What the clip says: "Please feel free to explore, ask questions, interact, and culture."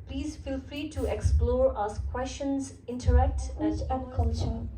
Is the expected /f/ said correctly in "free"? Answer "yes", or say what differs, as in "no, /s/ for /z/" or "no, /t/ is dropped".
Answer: yes